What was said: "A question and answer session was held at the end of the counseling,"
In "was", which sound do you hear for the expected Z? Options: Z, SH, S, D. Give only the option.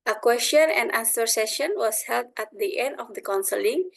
S